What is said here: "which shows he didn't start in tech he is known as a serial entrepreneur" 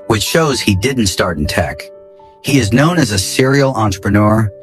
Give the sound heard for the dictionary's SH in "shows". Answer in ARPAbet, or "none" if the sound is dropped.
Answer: SH